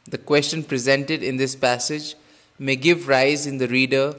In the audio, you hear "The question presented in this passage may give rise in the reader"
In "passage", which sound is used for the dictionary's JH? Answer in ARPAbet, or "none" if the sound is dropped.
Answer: JH